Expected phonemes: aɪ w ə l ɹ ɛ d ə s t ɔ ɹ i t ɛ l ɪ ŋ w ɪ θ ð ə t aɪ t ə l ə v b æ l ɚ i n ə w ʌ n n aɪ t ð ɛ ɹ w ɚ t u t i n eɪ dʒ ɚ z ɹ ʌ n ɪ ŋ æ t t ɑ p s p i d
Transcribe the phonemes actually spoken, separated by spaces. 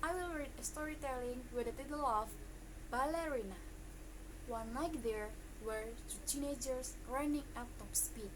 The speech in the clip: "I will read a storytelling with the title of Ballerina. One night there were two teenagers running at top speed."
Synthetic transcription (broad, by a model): aɪ w ə l ɹ ɛ d ə s t ɔ ɹ i t ɛ l ɪ ŋ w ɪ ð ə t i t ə l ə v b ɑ l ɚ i n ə w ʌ n l aɪ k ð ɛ ɹ w ɚ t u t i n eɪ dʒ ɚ s ɹ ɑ n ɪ ŋ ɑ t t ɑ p s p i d